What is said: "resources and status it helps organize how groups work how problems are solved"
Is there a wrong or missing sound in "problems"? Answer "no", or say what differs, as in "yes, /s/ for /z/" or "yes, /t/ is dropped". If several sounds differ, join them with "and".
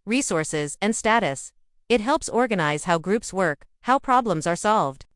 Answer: no